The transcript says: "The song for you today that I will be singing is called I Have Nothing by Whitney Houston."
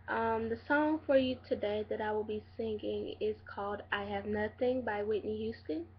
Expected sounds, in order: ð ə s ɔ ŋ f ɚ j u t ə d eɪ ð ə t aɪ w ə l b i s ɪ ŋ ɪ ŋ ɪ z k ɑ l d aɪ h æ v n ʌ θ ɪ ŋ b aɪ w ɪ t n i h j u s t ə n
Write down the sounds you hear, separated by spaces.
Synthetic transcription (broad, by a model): ð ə s ɔ ŋ f ɚ j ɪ t ə d eɪ ð ə t aɪ w ə l b i s ɪ ŋ ɪ ŋ ɪ z k ɑ l d aɪ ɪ v n ʌ θ ɪ ŋ b aɪ w ɪ t n i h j u s t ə n